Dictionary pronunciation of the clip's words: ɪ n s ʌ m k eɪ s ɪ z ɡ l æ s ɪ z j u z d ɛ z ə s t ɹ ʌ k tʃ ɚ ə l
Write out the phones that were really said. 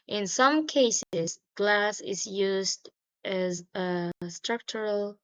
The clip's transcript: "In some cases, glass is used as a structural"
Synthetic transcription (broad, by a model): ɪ n s ʌ m k eɪ s ɪ z ɡ l æ s ɪ z j u z d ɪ z ə s t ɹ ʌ k tʃ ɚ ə l